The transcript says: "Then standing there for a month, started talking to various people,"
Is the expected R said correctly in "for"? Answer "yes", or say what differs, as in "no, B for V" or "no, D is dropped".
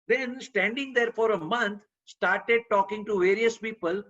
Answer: yes